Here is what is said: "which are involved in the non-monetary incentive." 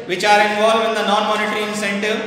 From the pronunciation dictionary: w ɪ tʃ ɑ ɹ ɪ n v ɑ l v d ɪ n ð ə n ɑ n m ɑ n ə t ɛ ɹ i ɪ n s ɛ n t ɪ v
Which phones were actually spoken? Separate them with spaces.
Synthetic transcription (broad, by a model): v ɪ tʃ ɑ ɹ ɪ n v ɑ l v ɪ n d ə n ɑ n m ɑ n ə t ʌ ɹ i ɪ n s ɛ n t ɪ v